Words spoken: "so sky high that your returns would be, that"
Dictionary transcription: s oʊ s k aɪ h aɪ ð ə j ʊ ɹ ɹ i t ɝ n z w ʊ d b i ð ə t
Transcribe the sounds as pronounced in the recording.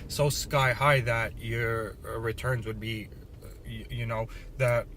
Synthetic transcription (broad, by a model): s oʊ s k aɪ h aɪ ð ə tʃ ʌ ɹ ɹ i t ɝ n z w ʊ d b i ð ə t